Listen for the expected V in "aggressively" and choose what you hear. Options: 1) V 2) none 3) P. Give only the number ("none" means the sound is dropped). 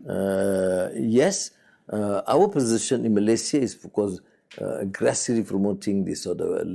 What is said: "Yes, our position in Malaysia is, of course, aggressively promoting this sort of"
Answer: 2